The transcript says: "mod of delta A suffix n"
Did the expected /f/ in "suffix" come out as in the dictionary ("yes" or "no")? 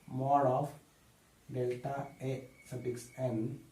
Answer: no